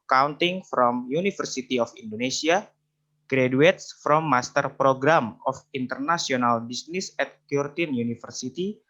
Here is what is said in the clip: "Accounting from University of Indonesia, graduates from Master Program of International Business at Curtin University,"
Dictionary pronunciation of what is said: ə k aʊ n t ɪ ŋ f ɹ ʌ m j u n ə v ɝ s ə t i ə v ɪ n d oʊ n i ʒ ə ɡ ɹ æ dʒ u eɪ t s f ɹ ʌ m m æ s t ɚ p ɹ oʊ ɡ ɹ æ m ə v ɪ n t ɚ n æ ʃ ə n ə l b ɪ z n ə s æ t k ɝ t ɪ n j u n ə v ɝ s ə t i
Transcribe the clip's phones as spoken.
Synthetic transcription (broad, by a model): k aʊ n t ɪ ŋ f ɹ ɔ m j u n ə f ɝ s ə t i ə f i n d oʊ n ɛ s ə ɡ ɹ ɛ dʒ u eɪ t s f ɹ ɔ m m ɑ s t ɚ p ɹ oʊ ɡ ɹ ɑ m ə f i n t ɚ n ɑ s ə n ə l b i s n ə s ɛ t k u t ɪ n j u n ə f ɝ s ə t i